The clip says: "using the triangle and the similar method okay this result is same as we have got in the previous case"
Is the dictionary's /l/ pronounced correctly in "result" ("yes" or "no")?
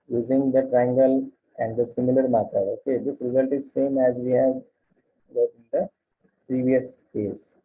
yes